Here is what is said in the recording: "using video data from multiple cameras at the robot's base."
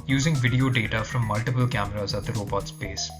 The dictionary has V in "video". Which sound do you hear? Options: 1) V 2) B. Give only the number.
1